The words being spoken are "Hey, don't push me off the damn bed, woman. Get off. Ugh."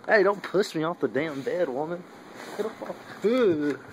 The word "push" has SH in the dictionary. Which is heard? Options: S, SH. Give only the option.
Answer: S